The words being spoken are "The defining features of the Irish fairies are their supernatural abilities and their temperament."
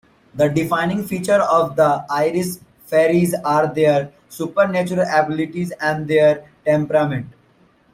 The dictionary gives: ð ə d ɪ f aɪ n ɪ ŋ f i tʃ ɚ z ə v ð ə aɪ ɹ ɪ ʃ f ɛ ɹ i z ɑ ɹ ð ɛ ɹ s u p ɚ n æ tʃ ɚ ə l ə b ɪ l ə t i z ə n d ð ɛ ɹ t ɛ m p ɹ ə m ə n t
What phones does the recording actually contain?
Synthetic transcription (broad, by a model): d ə d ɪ f aɪ n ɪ ŋ f i tʃ ɚ ə v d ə aɪ ɹ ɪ s f ɛ ɹ i z ɑ ɹ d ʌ ɹ s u p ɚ n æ tʃ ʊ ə l ə b ɪ l ə t i z ə n d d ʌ ɹ t ɛ m p ɹ ə m ə n t